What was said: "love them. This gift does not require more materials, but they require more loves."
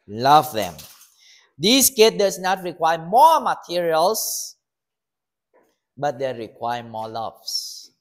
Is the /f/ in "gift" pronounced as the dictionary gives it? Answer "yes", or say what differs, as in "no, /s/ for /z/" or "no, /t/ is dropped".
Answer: no, /f/ is dropped